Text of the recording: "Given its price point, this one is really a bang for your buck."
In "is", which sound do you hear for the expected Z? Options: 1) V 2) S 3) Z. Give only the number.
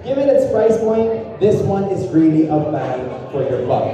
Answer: 3